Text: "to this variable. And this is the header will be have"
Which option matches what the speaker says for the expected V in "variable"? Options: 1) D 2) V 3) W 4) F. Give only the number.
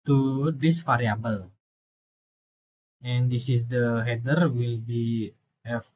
4